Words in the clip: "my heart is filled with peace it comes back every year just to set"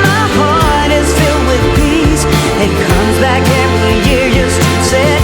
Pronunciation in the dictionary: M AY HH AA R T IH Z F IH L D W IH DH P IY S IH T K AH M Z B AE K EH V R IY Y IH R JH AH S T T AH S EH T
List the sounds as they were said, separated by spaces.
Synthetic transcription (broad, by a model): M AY HH AA R T IH Z F IH L D W IH DH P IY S IH T K AH M Z B AE K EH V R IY Y IH R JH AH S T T S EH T